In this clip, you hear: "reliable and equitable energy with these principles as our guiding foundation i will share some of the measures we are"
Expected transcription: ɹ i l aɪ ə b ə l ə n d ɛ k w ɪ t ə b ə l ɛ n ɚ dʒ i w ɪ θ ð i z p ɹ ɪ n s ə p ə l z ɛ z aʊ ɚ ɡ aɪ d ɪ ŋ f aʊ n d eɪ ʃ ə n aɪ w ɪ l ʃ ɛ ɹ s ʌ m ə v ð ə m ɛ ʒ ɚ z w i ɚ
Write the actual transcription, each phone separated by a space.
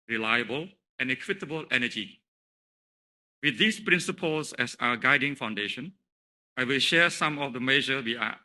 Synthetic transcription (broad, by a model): ɹ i l aɪ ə b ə l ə n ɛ k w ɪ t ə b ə l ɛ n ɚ dʒ i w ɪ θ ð i s p ɹ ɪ n s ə p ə l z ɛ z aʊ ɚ ɡ aɪ d ɪ ŋ f aʊ n d eɪ ʃ ə n aɪ w ɪ l ʃ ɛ s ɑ m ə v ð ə m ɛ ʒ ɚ w i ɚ